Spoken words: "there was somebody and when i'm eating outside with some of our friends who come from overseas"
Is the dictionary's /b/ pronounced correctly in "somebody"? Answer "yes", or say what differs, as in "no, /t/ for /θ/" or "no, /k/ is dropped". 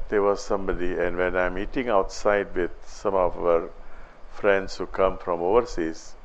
yes